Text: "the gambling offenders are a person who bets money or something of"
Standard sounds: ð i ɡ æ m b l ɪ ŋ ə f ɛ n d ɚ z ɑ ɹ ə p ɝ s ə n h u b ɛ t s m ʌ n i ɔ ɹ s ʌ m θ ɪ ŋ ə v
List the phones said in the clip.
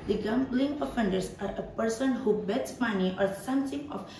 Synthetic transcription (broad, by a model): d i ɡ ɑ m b l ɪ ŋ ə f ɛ n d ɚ s ɑ ɹ ə p ɝ s ə n h u b ɛ t s m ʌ n i ɔ ɹ s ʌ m s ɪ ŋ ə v